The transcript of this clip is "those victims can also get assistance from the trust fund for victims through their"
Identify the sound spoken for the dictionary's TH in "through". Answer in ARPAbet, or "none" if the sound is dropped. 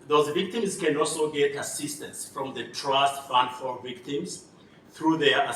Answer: TH